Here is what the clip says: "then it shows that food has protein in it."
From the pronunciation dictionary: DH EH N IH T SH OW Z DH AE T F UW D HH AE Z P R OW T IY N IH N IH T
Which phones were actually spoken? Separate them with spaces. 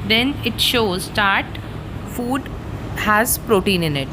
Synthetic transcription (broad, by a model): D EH N IH T SH OW Z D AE T F UW D HH AE Z P R OW T IY N IH N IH T